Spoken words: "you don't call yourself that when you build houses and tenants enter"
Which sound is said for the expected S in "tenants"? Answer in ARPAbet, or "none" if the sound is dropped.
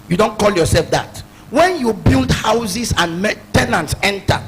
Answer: S